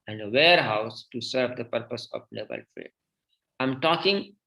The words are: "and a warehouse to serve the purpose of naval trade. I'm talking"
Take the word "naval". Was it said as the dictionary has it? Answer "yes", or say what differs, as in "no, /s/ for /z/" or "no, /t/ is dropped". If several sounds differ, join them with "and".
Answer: no, /b/ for /v/